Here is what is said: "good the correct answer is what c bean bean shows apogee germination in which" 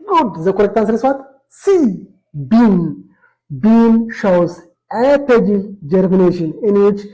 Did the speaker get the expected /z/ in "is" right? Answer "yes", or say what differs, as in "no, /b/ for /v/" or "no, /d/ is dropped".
no, /s/ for /z/